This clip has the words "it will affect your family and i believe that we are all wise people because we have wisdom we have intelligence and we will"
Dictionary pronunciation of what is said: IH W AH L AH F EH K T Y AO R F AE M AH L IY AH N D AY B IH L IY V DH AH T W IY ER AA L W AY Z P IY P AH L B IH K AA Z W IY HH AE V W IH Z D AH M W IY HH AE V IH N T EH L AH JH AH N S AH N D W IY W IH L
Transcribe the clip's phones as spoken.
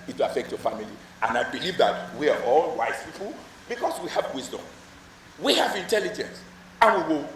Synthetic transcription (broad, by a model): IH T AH AH F EH K T Y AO F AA M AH L IY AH N AY B IH L IY V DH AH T W IY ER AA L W AY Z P IY P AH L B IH K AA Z W IY HH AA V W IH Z D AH M W IY HH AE V IH N T EH L AH JH AH N S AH N W IY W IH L